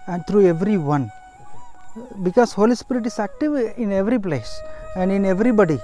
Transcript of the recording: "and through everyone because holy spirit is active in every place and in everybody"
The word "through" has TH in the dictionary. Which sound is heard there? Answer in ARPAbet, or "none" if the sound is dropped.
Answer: T